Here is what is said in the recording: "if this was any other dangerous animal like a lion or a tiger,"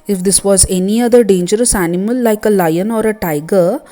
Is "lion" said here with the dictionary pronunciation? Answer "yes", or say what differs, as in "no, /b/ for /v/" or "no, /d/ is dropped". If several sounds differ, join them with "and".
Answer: yes